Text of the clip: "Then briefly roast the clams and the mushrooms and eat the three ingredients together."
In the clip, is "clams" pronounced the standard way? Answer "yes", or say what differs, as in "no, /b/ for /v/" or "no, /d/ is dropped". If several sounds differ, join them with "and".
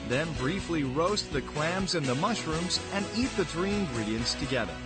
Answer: yes